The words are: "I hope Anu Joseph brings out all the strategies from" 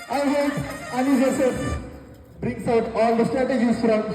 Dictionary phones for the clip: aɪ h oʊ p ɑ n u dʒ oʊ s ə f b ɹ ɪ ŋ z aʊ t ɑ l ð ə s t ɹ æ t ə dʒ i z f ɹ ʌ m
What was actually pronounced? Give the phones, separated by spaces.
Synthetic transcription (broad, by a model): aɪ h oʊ ɑ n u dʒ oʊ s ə b ɹ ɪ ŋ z aʊ t ɑ l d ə s t ɹ æ t ə dʒ i z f ɹ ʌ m